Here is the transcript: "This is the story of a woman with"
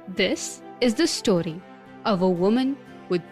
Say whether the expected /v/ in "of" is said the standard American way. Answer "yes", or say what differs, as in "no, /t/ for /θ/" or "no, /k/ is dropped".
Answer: yes